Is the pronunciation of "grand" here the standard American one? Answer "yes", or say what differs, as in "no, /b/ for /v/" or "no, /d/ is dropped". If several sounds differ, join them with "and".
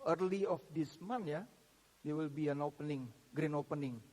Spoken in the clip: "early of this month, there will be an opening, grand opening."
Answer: no, /d/ is dropped